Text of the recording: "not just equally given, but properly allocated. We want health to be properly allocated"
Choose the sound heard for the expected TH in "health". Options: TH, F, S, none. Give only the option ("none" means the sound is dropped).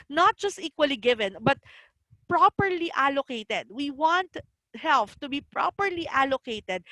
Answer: F